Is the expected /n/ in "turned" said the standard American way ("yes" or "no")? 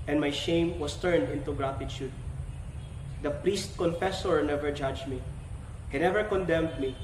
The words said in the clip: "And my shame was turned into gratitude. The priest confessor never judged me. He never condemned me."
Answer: yes